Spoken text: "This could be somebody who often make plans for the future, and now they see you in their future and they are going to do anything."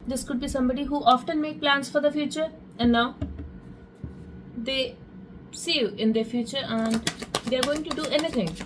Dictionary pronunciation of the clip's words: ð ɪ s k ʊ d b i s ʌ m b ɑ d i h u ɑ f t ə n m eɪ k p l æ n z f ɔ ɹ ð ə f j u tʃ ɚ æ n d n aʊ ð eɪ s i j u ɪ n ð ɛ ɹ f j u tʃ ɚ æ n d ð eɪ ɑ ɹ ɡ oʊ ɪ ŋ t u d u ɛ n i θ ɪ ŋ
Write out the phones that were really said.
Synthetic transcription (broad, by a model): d ɪ s k ʊ d b i s ʌ m b ɑ d i h u ɑ f t ə n m eɪ k p l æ n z f ɔ ɹ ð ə f j u tʃ ɚ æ n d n aʊ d eɪ s i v ɪ n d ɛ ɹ f j u tʃ ɚ æ n d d eɪ ɑ ɹ ɡ oʊ ɪ ŋ t u d u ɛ n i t ɪ ŋ